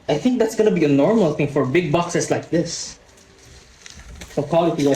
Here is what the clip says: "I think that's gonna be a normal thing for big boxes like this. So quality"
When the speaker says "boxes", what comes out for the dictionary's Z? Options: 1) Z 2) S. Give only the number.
2